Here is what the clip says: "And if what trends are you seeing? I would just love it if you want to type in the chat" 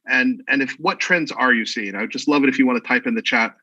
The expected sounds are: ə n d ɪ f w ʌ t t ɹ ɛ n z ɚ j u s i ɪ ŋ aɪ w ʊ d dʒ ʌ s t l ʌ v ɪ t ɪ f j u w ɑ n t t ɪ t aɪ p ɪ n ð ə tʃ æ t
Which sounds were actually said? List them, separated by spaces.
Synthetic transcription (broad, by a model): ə n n ɪ f w ʌ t t ɹ ɛ n z ɚ j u s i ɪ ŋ aɪ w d dʒ ʌ s t l ʌ v ɪ t ɪ f j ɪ w ɑ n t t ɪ t aɪ p ɪ n ð ə tʃ æ t